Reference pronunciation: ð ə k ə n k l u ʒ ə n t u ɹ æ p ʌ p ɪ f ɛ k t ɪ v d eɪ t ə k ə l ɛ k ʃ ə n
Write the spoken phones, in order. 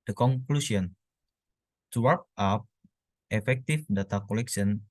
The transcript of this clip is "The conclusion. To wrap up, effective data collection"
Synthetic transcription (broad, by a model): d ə k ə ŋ k l u s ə n t u w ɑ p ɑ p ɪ f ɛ k t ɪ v d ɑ t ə k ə l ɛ k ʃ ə n